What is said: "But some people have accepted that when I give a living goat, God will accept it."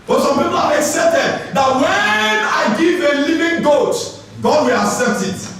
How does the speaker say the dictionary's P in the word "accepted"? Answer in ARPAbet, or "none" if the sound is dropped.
none